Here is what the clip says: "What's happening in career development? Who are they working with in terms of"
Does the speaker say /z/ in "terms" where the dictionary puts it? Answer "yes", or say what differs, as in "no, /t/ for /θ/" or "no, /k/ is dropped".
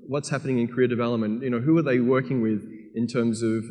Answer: yes